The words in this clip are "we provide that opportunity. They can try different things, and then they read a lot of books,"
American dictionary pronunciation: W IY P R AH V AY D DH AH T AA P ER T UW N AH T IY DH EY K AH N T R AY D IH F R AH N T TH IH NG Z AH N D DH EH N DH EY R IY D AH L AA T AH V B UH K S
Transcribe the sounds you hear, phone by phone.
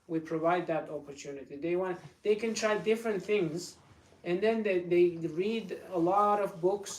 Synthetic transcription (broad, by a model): W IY P R AH V AY D DH AH T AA P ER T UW N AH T IY DH EY K AH N T R AY D IH F R AH N T TH IH NG Z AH N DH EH N DH EY R IY D AH L AA T AH V B UH K S